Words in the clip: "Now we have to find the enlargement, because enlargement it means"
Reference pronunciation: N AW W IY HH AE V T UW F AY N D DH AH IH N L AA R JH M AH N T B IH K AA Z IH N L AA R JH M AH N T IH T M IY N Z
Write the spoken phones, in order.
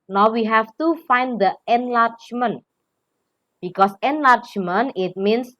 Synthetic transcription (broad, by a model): N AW W IY HH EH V T UW F AY N D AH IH N L AA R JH M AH N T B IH K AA S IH N L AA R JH M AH N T IH T M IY N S